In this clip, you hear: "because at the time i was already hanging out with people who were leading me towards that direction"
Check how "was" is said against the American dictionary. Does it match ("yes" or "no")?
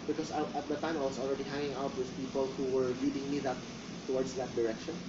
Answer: no